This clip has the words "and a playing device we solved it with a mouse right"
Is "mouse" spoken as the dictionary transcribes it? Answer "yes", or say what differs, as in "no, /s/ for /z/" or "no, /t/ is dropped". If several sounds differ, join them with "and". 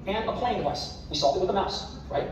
yes